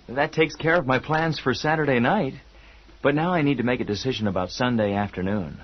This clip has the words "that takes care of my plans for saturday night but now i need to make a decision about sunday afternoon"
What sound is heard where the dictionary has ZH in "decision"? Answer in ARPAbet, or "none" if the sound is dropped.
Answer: ZH